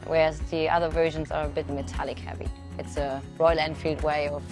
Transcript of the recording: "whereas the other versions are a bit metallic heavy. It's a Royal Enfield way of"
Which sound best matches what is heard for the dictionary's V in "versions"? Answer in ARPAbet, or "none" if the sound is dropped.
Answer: V